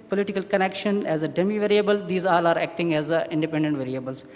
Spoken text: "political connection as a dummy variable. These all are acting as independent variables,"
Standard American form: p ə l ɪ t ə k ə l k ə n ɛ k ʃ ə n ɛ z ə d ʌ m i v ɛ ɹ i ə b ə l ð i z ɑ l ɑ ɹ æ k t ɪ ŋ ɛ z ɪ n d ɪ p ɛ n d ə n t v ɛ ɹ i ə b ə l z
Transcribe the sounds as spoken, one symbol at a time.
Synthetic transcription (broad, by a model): p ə l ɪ t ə k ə l k ə n ɛ k ʃ ə n ɛ z ə d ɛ m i v ɛ ɹ i ə b ə l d i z ɑ l ɑ ɹ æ k t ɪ ŋ ɛ z ɪ n d ɪ p ɛ n d ə n t v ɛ ɹ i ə b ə l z